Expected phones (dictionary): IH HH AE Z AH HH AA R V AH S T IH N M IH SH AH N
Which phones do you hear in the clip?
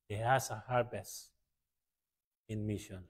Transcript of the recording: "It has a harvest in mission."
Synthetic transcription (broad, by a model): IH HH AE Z AH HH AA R B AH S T IH N M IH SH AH N